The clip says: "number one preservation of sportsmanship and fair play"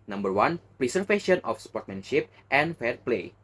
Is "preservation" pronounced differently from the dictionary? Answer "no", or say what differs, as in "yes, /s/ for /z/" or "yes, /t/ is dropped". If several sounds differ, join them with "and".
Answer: yes, /s/ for /z/ and /f/ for /v/